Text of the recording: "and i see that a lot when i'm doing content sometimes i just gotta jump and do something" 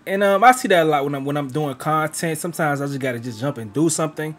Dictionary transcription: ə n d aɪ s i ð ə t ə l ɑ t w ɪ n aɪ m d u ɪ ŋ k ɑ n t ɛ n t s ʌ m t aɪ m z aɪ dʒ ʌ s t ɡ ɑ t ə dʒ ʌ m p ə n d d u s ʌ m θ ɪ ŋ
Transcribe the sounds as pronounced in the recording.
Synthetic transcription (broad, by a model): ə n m aɪ s i ð ə t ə l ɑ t w ɪ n aɪ m d u ɪ ŋ k ɑ n t ɛ n t s ʌ m t aɪ m z aɪ dʒ ʌ s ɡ ɑ t ə dʒ ʌ m p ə n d d u s ʌ m θ ɪ ŋ